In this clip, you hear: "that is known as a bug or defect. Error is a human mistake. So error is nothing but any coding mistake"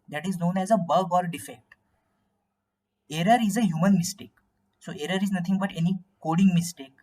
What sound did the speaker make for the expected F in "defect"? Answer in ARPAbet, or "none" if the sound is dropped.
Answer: F